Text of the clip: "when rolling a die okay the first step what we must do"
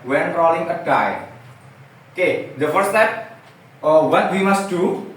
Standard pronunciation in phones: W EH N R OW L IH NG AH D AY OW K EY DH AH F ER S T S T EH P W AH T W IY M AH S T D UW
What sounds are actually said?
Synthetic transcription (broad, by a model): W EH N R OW L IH NG AH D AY OW K EY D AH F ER T S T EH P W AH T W IY M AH S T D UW